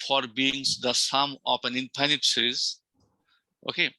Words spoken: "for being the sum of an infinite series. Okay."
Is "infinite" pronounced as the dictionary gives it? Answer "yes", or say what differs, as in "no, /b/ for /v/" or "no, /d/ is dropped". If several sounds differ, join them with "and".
no, /p/ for /f/